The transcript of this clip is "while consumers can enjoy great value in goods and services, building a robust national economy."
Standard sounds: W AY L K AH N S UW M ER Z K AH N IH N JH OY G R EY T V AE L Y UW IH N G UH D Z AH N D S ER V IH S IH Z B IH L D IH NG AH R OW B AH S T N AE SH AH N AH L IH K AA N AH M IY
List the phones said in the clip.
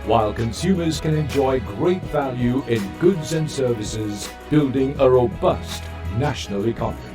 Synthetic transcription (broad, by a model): W AY L K AH N S UW M ER Z K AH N IH N JH OY G R EY T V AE L Y UW IH N G UH D Z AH N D S ER V IH S IH Z B IH L D IH NG AH R OW B AH S T N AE SH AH N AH L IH K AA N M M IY